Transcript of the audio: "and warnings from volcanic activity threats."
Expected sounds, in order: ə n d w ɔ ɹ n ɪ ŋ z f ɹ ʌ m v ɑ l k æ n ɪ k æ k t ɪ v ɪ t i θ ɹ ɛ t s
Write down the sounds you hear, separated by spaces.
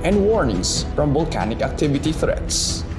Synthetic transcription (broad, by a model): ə n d w ɔ ɹ n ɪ ŋ s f ɹ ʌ m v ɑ l k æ n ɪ k æ k t ɪ v ɪ t i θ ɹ ɛ t s